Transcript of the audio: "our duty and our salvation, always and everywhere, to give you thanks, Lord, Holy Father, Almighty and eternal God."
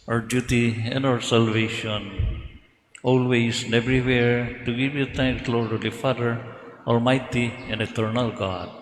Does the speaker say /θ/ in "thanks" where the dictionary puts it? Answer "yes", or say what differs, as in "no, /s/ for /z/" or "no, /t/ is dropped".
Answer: no, /t/ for /θ/